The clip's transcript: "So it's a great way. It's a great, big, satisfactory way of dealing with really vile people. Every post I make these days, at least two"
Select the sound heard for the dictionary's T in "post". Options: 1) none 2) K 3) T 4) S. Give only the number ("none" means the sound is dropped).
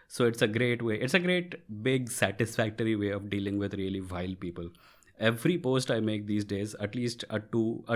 3